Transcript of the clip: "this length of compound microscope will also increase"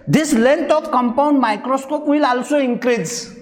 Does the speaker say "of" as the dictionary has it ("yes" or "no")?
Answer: no